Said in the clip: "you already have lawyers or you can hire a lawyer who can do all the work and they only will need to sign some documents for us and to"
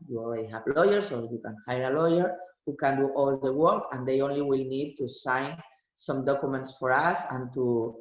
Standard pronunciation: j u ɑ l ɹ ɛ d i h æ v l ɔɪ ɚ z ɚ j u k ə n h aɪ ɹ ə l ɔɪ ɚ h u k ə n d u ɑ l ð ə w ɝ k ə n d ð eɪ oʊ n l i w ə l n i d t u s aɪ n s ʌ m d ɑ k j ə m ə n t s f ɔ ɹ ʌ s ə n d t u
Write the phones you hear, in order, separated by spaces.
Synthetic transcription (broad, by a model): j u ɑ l w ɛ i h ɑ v l ɔɪ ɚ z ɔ j u k ə n h aɪ ɹ ə l ɔɪ ɚ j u k ə n d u ɑ l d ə w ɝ k ə n d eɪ oʊ n l i w ə l n i d t u s aɪ n s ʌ m d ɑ k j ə m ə n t s f ɔ ɹ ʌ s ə n t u